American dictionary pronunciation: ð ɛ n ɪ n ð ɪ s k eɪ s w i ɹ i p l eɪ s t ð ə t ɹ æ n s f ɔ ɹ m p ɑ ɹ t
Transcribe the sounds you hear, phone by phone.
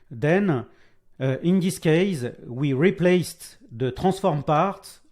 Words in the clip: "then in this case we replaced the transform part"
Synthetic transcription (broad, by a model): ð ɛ n ɪ n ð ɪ s k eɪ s w i ɹ i p l eɪ s t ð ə t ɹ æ s f ɔ ɹ m p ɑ ɹ t